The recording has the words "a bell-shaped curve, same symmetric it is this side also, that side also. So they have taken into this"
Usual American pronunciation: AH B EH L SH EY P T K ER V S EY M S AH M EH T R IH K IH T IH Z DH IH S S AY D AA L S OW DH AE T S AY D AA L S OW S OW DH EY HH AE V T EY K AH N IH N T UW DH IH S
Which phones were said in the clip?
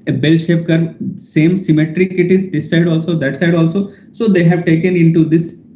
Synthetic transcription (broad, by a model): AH B EH L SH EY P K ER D S EY M S AH M EH T R IH K IH T IH Z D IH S S AY D AA L S OW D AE T S AY D AA L S OW S OW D EY HH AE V T EY K AH N IH N T UW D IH S